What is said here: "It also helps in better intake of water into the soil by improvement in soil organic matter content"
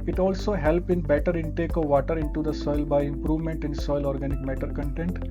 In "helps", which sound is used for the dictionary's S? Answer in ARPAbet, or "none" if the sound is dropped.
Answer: none